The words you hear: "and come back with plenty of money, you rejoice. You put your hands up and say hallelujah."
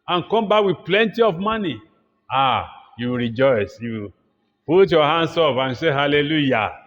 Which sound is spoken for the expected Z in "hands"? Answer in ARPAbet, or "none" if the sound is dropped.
S